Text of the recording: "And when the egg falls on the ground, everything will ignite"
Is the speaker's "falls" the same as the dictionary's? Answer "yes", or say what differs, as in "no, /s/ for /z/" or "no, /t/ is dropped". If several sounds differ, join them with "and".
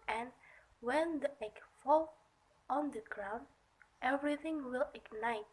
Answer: no, /z/ is dropped